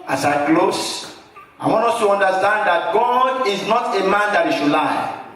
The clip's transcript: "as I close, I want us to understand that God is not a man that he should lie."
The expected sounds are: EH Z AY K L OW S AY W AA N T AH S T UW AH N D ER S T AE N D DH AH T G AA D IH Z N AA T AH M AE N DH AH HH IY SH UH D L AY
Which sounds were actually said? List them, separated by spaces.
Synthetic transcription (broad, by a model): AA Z AY K L OW S AY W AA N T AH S T UW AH N D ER S T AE N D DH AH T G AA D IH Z N AA T AH M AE N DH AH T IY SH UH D L AY